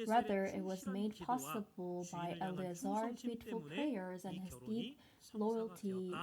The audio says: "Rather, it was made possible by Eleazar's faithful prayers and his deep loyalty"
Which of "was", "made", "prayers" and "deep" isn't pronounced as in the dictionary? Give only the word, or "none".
none